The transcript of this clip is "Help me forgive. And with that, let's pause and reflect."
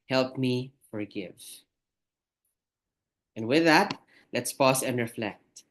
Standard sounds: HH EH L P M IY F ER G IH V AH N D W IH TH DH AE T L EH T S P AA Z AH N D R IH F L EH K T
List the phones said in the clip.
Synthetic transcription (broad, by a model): HH EH L P M IY F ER G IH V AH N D W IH DH AE T L EH T S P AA S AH N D R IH F L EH K T